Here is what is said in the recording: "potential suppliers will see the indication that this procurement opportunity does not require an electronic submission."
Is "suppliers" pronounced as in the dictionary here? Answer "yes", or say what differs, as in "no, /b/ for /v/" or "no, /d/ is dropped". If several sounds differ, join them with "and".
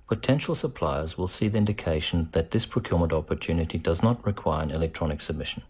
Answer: yes